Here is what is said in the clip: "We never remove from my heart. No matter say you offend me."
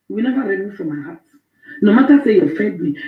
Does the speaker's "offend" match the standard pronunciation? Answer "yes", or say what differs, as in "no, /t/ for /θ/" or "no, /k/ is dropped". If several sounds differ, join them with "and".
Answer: no, /n/ is dropped